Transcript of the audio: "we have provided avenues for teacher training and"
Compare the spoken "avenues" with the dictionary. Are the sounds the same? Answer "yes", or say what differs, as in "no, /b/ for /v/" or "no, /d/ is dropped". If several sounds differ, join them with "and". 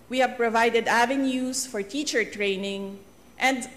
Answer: no, /s/ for /z/